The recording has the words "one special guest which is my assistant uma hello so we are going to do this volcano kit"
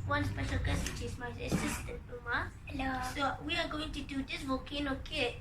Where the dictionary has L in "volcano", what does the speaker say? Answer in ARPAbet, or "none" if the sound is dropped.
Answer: none